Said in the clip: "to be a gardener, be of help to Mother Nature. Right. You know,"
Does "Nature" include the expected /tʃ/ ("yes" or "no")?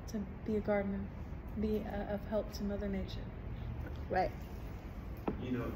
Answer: no